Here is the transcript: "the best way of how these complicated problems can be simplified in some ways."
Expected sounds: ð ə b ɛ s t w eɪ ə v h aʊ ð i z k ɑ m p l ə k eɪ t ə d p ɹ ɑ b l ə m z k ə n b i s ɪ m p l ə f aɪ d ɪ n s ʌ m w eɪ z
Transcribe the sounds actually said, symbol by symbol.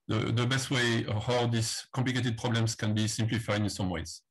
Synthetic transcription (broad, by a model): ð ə b ɛ s t w eɪ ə h aʊ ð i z k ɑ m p l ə k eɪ t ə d p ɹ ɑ b l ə m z k ə n b i s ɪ m p l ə f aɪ ɪ n s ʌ m w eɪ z